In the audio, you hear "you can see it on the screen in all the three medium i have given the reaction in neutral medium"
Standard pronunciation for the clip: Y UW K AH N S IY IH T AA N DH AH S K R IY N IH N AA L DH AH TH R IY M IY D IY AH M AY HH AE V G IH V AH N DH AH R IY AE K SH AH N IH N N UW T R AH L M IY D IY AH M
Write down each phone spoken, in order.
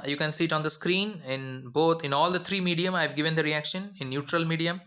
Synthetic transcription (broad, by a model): Y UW K AH N S IY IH T AA N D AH S K R IY N IH N AA L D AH T R IY M IY D IY AH M AY V G IH V AH N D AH R IY AE K SH AH N IH N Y UW T R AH L M IY D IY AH M